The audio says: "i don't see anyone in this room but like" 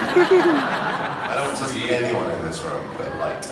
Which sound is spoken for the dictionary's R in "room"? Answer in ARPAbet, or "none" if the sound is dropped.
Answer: R